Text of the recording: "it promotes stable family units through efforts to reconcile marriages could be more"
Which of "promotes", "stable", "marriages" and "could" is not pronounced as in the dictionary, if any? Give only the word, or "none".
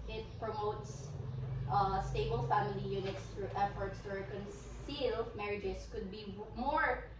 marriages